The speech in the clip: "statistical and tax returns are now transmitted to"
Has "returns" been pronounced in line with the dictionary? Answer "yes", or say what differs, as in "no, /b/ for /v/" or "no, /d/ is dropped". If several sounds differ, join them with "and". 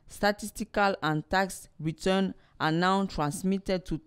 no, /z/ is dropped